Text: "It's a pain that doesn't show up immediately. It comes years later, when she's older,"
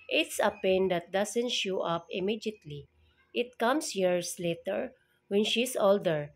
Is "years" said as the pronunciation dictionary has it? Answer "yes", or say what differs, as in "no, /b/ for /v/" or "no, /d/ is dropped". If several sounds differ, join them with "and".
no, /s/ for /z/